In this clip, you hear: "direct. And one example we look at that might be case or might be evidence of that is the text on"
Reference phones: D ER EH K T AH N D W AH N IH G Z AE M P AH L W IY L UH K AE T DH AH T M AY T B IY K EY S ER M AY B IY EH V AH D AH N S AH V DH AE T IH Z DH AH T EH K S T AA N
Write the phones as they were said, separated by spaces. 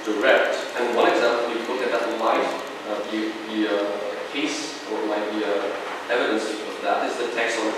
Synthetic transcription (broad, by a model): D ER EH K T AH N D W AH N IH G Z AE M P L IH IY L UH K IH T DH AH T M AY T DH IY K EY S ER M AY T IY EH V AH D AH N S AH V DH AE T IH Z DH AH T EH K S T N